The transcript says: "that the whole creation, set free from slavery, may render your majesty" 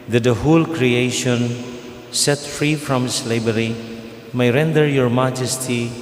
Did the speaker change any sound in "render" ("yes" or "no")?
no